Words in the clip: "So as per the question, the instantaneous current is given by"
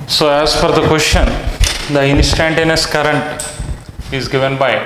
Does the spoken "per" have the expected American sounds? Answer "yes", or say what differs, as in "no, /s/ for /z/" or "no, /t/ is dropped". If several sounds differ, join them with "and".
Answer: no, /f/ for /p/